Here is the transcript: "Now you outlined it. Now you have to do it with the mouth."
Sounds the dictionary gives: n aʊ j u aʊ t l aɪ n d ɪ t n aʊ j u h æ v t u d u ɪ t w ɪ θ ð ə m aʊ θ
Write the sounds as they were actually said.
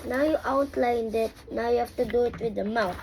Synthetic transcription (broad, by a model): n aʊ j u aʊ t l aɪ n d ɪ t n aʊ j u h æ f t u d u ɪ t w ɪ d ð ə m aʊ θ